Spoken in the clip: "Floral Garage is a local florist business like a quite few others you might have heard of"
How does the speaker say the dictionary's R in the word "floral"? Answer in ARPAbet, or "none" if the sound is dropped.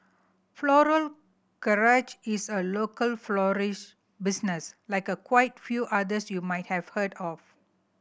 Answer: R